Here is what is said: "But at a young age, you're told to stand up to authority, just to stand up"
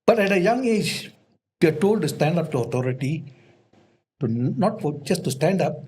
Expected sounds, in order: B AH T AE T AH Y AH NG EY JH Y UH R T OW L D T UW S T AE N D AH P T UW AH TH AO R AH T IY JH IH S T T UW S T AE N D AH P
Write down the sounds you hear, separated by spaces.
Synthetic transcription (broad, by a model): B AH T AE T AH Y AH NG EY JH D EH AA T OW L D T UW S T AE N D AH P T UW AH T AO R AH T IY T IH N T T UW S T AE N D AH P